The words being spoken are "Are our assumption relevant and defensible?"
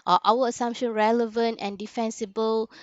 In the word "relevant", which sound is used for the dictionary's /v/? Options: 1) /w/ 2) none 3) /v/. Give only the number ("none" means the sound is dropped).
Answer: 3